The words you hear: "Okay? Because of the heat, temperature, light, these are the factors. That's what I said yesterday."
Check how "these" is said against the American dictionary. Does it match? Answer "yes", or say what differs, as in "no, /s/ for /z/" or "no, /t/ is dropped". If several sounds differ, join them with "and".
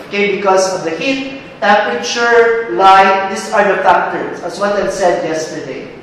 no, /s/ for /z/